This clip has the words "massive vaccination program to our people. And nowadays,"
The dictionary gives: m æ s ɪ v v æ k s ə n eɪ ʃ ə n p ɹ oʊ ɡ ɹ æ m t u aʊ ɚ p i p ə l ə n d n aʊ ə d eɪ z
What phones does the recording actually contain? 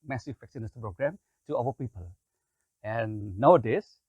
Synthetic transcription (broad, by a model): m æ s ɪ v f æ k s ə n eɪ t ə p ɹ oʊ ɡ ɹ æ m t u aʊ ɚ p i p ə l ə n n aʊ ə d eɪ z